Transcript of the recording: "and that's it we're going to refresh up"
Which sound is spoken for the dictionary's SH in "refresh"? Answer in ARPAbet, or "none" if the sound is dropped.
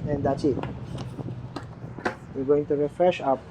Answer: SH